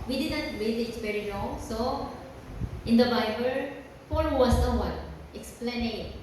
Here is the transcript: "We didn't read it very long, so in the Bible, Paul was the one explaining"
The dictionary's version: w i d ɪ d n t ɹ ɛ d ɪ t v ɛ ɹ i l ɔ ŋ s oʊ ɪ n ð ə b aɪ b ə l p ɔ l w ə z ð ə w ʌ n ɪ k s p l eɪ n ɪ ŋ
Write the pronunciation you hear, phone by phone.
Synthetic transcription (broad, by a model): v i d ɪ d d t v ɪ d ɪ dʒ v ɛ ɹ i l ɔ ŋ s oʊ ɪ n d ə b aɪ b ə l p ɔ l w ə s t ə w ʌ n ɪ k s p l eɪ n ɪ